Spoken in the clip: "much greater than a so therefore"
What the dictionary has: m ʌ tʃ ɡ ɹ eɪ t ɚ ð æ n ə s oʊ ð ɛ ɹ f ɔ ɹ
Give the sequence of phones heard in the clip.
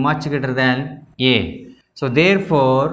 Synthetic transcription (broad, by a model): m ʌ tʃ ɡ eɪ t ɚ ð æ n ə s oʊ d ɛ ɹ f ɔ ɹ